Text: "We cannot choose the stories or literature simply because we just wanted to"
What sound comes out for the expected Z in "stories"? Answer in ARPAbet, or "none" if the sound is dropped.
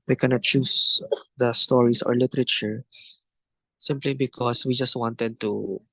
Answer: S